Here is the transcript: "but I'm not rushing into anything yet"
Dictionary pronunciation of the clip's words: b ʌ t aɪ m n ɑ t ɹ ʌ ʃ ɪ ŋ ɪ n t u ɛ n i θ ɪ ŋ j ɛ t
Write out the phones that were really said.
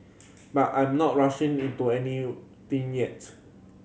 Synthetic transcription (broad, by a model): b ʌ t aɪ m n ɑ t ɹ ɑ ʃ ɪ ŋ ɪ n t u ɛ n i t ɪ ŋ j ɛ t